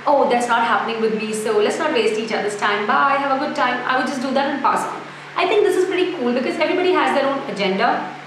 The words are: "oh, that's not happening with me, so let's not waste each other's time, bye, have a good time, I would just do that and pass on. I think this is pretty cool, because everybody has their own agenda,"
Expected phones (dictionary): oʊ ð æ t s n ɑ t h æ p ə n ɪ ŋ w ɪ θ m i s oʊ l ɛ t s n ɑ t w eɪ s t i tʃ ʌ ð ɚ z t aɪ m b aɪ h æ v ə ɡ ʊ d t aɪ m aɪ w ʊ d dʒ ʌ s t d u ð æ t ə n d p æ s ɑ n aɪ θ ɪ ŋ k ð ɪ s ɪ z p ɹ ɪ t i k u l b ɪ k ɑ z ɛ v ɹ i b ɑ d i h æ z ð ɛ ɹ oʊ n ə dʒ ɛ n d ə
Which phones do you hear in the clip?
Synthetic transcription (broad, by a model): oʊ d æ t s n ɑ t h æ p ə n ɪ ŋ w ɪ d m i s oʊ l ɛ t s n ɑ t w eɪ s t i tʃ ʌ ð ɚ s t aɪ m b aɪ h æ v ə ɡ ʊ d t aɪ m aɪ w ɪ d dʒ ʌ s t d u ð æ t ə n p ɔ s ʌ l aɪ t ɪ ŋ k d ɪ s ɪ z p ɹ ɪ t i k u l b ɪ k ɑ z ɛ v ɹ i b ɑ d i h æ z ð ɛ ɹ oʊ n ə dʒ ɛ n d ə